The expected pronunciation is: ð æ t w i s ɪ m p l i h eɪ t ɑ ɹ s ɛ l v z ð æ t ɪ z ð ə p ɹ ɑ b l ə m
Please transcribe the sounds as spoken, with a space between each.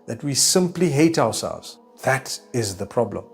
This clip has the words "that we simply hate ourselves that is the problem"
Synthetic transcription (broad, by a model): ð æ t w i s ɪ m p l i h eɪ t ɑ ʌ s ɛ l v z ð æ t ɪ z ð ə p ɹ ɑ b l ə m